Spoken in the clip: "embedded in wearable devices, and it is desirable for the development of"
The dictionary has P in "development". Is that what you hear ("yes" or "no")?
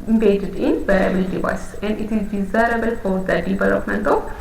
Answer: yes